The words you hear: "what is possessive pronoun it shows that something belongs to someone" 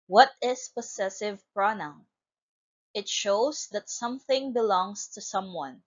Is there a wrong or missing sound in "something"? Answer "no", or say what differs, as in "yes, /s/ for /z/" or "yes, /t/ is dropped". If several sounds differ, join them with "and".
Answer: no